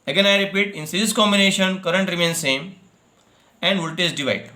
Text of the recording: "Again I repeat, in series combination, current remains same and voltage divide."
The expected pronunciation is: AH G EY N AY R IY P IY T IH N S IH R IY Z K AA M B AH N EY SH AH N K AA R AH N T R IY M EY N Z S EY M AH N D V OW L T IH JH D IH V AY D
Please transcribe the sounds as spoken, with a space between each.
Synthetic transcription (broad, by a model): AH G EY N AY R IY P IY T IH N S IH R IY S K AA M B AH N EY SH AH N K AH R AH N T R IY M EY N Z S EY M AH N D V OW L T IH Z D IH V AY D